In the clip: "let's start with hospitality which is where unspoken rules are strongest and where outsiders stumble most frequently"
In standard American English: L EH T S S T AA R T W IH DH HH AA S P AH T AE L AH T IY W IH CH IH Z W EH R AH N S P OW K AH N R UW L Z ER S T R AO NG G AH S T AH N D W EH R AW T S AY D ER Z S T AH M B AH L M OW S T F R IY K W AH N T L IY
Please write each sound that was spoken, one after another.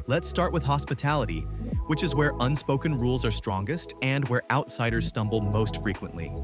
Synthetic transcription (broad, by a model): L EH T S S T AA R T W IH DH HH AA S P AH T AE L AH T IY W IH CH IH Z W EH R AH N S P OW K AH N R UW L Z ER S T R AO NG G AH S T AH N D W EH R AW T S AY D ER Z S T AH M B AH L M OW S T F R IY K W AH N T L IY